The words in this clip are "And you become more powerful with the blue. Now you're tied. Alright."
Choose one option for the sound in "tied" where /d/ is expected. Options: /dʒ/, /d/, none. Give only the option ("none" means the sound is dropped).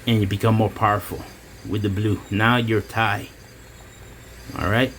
none